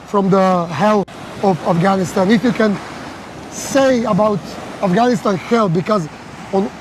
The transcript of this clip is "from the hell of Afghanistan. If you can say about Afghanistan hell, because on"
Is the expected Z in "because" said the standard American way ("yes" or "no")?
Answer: yes